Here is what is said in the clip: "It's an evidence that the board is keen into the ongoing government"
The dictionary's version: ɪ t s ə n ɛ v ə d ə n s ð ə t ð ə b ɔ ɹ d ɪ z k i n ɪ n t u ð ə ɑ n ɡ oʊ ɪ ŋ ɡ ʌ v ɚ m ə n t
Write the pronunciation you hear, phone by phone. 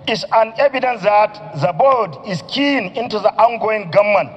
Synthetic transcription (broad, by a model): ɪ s ə n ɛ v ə d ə n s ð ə t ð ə b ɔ l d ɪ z k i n ɪ n t u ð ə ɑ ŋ ɡ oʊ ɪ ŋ ɡ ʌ m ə n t